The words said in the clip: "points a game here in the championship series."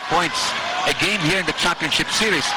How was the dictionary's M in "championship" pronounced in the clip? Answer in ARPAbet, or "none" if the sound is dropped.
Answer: none